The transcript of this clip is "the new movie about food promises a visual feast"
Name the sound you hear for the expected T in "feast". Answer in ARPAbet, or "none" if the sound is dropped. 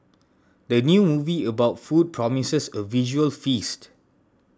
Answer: T